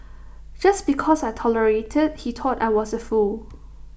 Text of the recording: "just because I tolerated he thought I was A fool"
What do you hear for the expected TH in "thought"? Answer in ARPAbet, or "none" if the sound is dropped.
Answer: T